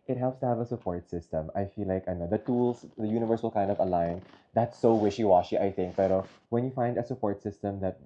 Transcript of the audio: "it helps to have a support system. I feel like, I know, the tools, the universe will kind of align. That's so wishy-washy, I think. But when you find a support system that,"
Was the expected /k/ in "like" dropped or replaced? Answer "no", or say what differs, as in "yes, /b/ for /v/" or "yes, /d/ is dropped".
no